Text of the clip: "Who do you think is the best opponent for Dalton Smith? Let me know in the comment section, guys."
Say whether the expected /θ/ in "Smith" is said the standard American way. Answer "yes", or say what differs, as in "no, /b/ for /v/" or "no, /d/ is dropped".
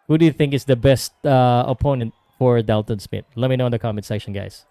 no, /t/ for /θ/